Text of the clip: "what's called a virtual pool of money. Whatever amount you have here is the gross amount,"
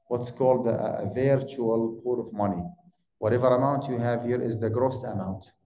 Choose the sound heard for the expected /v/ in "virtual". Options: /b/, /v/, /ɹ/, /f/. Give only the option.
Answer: /v/